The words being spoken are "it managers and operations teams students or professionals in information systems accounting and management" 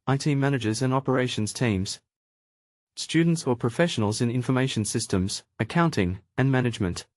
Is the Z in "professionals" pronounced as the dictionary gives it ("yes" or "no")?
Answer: yes